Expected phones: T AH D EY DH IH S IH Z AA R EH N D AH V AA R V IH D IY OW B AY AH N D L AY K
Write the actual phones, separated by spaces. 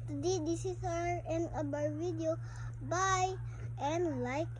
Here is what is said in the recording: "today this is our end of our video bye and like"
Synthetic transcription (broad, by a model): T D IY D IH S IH S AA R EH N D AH B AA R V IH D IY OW B AY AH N L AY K